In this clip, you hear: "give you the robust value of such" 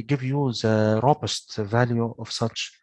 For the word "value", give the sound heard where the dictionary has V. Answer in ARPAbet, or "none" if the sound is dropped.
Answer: V